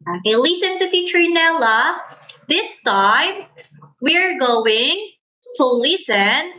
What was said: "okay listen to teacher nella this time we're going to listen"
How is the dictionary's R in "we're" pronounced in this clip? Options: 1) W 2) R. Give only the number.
2